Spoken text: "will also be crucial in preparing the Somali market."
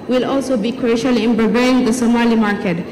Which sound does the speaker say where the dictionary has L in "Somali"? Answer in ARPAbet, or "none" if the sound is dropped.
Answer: L